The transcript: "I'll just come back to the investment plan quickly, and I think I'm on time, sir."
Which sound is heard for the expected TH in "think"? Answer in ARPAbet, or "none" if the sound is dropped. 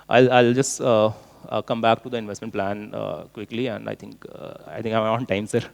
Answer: T